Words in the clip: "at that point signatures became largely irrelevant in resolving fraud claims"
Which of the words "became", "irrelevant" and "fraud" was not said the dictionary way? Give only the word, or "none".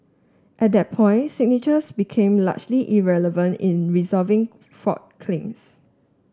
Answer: fraud